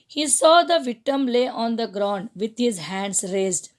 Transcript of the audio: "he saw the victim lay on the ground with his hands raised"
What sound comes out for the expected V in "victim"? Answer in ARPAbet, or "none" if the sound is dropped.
V